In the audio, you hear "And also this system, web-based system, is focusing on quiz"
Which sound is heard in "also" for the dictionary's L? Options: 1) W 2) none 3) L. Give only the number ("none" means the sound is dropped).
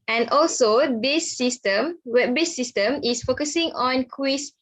3